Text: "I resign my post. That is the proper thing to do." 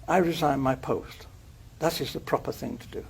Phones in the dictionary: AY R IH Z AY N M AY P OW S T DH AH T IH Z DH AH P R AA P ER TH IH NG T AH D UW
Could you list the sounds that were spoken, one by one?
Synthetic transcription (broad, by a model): AY R IH Z AY N M AY P OW S T DH AH T IH Z DH AH P R AA P ER TH IH NG T AH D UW